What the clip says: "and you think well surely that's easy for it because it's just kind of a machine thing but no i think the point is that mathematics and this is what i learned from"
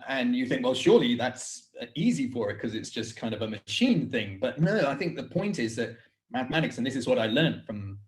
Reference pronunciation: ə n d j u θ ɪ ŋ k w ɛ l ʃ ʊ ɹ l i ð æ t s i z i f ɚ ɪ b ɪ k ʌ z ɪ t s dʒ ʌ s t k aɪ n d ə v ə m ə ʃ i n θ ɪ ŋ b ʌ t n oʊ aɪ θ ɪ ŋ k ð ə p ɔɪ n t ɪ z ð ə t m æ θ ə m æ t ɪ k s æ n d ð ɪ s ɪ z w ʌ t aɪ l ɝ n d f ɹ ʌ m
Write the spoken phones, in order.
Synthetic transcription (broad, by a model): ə n j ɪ θ ɪ ŋ k w ɛ l ʃ ʊ ɹ l i ð æ t s i z i f ɚ ɪ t k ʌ z ɪ t s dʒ ʌ s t k aɪ n d ə v ə m ə ʃ i n θ ɪ ŋ b ʌ t n oʊ aɪ θ ɪ ŋ k ð ə p ɔɪ n t ɪ z ð ə t m æ θ ə m æ t ɪ k s n ð ɪ s ɪ z w ʌ t aɪ l ɝ n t f ɹ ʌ m